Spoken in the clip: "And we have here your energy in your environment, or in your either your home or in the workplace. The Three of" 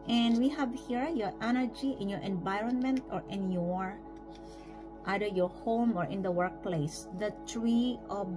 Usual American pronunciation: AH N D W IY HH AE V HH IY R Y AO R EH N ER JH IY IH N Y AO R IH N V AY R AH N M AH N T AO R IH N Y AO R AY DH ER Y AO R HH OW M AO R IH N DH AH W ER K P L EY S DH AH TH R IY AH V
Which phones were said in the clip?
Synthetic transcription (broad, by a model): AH N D W IY HH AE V HH IY R Y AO R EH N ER JH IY IH N Y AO R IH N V AY R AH N M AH N T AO R IH N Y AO R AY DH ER Y AO R HH OW M AO R IH N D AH W ER K P L EY S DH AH T R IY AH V